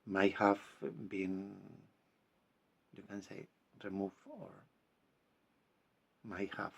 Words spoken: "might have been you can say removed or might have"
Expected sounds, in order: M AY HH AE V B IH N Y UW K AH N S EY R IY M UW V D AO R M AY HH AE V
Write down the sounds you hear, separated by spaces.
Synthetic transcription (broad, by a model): M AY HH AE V B IH N Y UW K AH N S EY R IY M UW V AO R M AY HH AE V